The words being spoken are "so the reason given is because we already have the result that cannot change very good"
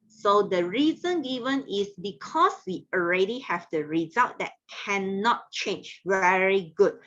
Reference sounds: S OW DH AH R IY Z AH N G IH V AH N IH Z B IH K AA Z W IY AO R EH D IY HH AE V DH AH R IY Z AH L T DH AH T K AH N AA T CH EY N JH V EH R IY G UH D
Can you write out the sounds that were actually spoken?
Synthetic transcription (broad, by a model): S OW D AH R IY Z AH N G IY V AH N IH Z B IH K AA S W IY AO R EH D IY HH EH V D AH R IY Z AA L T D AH T K AH N AA T CH EY N JH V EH R IY G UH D